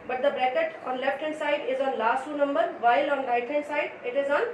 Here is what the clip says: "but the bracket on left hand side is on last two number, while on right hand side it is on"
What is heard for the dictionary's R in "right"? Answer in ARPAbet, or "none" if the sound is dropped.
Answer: L